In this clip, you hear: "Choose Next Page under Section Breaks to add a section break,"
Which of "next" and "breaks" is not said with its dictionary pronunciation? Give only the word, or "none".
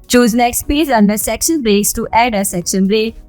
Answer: none